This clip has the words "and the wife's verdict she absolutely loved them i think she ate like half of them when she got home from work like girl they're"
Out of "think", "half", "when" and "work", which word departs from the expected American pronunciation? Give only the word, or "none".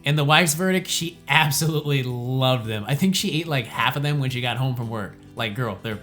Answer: none